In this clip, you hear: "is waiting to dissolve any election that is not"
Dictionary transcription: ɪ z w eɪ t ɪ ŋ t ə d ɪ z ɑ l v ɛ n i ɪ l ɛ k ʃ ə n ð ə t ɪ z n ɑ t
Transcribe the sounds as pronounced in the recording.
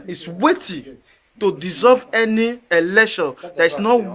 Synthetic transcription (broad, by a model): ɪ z w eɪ t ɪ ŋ t ə d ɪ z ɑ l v ɛ n i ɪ l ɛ ʃ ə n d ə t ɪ s n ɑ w